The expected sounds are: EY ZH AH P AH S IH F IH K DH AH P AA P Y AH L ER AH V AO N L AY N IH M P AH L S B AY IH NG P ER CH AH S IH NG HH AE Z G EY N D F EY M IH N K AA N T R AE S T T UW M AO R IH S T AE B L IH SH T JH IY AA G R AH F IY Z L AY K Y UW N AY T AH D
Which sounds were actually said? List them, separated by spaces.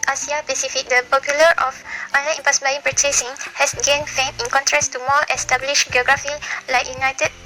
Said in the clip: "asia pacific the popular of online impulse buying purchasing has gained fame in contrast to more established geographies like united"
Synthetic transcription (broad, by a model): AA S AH P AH S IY F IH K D AH P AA P Y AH L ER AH F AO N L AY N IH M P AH S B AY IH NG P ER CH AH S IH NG HH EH S G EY N F EY M IH N K AA N T R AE S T T UW M AO L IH S T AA B L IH SH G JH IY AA G R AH F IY L AY K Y UW N AY T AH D